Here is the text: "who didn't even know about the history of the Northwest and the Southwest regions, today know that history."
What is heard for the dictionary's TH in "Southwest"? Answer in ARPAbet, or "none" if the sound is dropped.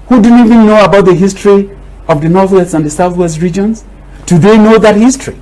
TH